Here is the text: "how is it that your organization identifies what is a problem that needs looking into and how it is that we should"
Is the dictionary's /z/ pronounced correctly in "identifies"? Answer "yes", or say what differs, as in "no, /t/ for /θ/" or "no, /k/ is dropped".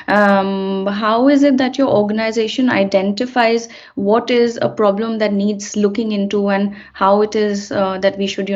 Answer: yes